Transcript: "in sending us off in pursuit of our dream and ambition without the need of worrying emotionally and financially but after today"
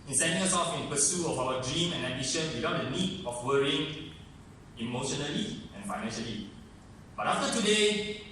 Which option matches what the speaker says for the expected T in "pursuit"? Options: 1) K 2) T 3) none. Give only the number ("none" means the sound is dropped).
3